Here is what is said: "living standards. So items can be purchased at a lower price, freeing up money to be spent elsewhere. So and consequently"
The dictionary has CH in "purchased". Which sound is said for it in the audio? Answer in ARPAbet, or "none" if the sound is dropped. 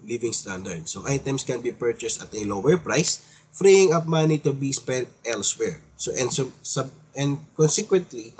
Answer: CH